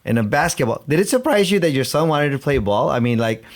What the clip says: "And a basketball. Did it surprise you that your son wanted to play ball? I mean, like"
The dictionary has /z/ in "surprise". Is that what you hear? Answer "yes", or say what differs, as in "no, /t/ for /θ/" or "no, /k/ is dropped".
yes